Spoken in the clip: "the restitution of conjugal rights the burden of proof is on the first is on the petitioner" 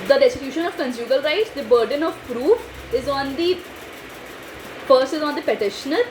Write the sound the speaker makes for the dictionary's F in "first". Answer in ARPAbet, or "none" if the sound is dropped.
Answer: P